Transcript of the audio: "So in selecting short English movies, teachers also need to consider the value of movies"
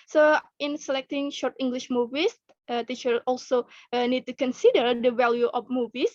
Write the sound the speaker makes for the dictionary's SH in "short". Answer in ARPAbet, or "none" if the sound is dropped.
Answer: SH